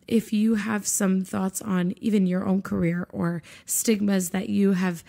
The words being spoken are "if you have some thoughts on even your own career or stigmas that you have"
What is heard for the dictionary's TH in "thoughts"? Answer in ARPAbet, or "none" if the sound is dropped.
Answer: TH